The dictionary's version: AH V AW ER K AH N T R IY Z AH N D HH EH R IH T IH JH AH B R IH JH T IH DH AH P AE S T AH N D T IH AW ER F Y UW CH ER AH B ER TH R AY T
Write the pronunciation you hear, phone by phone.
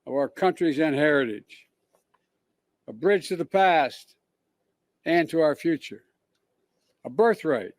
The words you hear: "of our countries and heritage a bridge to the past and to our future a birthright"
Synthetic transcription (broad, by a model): AH V AW ER K AH N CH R IY Z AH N HH EH R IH T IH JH AH B R IH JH T IH DH AH P AE S T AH N T IH AW ER F Y UW CH ER AH B ER TH R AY T